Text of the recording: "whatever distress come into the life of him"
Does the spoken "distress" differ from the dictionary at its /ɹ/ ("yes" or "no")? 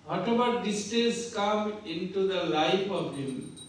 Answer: yes